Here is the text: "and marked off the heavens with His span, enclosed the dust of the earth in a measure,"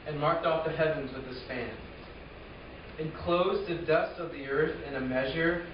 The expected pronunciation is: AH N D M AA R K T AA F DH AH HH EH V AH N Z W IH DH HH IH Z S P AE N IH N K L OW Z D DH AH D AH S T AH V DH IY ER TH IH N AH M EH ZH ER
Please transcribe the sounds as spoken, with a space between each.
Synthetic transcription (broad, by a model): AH N M AA R K T AA F DH AH HH EH V AH N Z W IH DH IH S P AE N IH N K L OW Z DH AH D AH S T AH V DH IY ER TH IH N AH M EH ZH ER